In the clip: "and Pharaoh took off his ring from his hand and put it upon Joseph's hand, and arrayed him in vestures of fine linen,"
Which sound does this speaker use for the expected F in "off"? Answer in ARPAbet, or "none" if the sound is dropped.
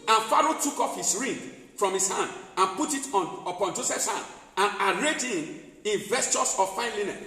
F